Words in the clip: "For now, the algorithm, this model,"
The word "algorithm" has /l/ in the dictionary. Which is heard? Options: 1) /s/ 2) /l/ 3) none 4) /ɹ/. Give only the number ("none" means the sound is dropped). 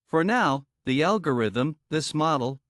2